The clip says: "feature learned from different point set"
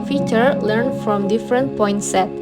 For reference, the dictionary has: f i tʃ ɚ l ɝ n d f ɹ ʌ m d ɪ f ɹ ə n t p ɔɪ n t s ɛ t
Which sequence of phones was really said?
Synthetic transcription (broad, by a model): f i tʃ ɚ l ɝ n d f ɹ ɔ m d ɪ f ɹ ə n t p ɔɪ n t s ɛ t